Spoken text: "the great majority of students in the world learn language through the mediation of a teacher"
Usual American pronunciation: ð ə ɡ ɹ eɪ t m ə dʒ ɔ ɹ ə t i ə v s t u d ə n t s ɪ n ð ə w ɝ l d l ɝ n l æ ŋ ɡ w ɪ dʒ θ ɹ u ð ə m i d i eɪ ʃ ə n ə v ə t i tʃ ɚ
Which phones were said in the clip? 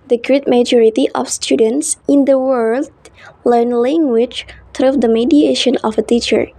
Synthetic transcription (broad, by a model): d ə ɡ ɹ eɪ t m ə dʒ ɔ ɹ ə t i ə f s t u d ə n t s ɪ n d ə w ɝ l d l ɝ n l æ ŋ ɡ w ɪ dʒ t ɹ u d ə m i d i eɪ ʃ ə n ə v ə t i tʃ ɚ